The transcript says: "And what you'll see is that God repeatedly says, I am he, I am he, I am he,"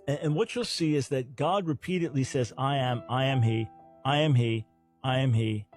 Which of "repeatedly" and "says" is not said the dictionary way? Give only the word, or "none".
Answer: none